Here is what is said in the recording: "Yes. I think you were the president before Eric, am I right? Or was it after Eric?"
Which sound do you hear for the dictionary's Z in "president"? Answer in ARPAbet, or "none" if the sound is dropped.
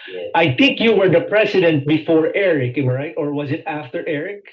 S